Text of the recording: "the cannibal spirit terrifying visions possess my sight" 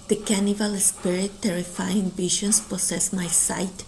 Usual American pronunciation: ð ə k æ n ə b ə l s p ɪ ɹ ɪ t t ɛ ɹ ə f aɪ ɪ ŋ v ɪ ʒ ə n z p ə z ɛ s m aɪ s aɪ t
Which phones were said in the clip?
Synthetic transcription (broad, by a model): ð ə k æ n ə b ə l s p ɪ ɹ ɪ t t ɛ ɹ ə f aɪ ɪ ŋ b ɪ ʃ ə n s p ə s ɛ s m aɪ s aɪ t